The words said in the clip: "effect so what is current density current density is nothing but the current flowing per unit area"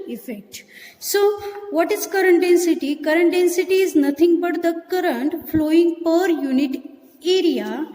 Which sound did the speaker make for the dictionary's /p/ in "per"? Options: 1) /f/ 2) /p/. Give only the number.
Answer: 2